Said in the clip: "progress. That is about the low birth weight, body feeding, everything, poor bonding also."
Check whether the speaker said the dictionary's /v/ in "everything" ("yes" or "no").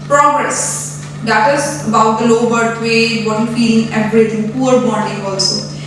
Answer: no